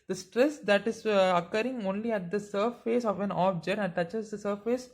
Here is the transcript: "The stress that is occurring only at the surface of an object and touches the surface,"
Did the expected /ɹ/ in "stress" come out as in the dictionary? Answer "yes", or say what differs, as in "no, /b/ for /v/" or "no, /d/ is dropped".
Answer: yes